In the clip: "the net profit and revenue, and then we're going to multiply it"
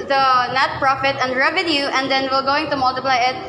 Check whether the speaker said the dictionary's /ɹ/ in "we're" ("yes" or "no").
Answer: no